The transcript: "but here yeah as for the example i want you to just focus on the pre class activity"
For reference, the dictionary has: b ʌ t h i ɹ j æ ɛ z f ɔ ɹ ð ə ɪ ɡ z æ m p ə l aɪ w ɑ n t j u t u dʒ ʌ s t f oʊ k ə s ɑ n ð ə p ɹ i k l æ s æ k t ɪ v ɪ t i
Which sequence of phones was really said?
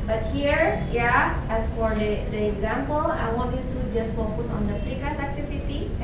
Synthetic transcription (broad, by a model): b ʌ t h i ɹ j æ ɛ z f ɔ ɹ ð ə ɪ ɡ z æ m p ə l aɪ w ɑ n t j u t u dʒ ʌ s t f oʊ k ə s ɑ n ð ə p i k ɑ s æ k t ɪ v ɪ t i